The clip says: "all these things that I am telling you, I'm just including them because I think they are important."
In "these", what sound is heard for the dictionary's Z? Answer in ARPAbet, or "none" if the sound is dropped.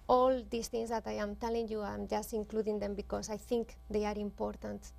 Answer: S